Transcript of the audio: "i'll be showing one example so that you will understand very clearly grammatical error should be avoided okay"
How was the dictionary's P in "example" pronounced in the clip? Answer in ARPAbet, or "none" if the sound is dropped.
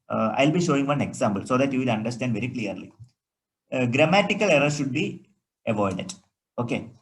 B